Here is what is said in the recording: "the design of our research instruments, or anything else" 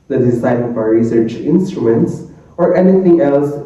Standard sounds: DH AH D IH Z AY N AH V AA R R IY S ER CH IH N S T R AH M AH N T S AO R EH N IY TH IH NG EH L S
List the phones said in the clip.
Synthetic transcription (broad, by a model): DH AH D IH S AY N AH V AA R R IY S ER CH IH N S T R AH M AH N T S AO R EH N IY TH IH NG EH L S